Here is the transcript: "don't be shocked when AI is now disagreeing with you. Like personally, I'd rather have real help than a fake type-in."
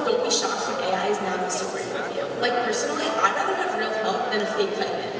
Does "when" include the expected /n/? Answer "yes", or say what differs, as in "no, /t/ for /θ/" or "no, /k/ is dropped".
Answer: no, /n/ is dropped